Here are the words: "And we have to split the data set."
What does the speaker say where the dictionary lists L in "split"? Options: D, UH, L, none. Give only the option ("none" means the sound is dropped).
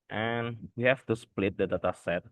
L